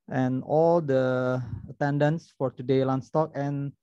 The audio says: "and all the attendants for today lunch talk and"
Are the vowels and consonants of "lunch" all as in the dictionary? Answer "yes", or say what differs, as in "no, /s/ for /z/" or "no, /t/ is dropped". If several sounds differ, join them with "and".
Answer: no, /s/ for /tʃ/